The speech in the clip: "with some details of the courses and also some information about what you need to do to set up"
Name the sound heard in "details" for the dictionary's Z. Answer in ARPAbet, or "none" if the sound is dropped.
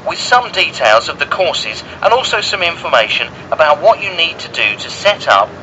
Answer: Z